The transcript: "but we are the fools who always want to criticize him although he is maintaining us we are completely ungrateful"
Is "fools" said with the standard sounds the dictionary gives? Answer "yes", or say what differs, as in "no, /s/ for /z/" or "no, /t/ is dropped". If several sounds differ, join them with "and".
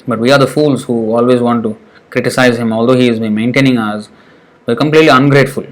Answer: yes